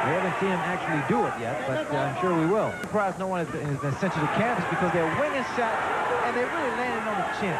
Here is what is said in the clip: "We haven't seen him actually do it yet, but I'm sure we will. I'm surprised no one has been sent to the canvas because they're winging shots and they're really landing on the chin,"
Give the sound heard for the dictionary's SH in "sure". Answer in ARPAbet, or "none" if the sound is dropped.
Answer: SH